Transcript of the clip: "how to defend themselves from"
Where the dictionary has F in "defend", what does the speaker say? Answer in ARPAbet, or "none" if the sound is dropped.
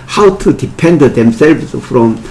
P